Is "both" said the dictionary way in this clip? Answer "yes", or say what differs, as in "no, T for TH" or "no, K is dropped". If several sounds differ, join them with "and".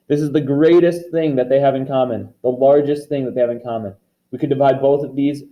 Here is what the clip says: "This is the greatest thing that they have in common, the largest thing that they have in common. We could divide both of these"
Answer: yes